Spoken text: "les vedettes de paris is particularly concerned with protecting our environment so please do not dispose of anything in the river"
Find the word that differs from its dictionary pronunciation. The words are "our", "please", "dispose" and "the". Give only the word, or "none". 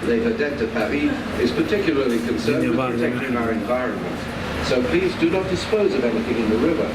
none